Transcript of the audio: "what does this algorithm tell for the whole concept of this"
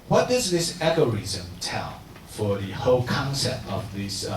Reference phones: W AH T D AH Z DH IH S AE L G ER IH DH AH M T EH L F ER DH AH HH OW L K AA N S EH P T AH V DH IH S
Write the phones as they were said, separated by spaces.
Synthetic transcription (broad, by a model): W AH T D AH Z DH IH S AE G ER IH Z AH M T EH L F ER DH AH HH OW L K AA N S EH P T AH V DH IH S